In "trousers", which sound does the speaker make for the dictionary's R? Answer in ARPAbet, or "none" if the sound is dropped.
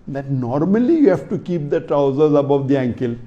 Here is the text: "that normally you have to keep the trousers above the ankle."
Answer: R